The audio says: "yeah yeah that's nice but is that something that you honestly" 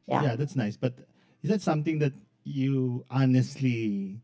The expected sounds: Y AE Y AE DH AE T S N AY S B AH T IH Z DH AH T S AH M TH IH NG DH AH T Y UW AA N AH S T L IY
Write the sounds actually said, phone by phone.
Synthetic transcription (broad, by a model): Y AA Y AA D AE T S N AY S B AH T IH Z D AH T S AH M T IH NG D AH T Y UW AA N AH S T L IY